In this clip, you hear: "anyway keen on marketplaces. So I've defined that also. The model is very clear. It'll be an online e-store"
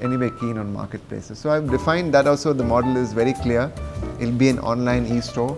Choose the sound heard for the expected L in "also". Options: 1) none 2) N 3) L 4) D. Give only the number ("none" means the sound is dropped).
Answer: 3